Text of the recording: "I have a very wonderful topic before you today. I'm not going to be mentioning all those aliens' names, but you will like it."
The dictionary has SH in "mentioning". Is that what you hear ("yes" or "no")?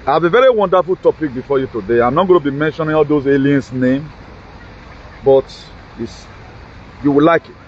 yes